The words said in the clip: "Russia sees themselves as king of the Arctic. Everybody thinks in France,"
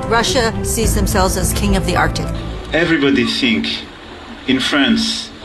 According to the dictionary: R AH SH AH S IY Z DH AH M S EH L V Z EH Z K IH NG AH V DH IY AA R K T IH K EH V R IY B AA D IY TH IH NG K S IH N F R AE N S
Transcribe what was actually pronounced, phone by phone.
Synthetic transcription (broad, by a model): R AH SH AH S IY Z DH AH M S EH L V Z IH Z K IH NG AH V DH IY AA R K T IH K EH V R IY B AA D IY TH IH NG K IH N F R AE N S